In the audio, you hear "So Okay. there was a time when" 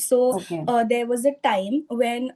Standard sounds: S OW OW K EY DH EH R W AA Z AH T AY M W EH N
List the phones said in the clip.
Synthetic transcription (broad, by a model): S OW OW EY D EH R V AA Z AH T AY M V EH N